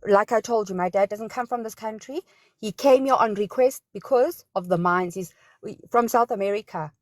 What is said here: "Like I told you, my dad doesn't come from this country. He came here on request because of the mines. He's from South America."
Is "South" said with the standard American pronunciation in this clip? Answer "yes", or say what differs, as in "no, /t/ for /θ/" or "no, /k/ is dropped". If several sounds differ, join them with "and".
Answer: yes